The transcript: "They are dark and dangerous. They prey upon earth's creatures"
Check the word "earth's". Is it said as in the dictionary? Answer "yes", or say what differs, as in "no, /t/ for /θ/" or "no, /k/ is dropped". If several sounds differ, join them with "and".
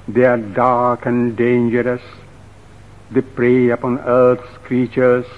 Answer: no, /t/ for /θ/